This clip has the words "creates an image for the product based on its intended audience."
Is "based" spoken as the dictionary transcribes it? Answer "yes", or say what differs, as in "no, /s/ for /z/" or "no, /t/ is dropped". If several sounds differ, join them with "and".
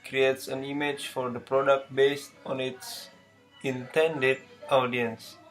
yes